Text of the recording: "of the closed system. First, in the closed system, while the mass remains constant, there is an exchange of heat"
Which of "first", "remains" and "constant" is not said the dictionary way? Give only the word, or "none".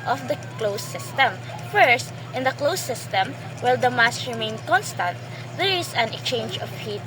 remains